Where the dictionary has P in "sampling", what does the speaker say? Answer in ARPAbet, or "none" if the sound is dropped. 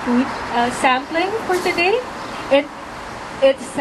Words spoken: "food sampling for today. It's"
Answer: P